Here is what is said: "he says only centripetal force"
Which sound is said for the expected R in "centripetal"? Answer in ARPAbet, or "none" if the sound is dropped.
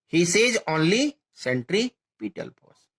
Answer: R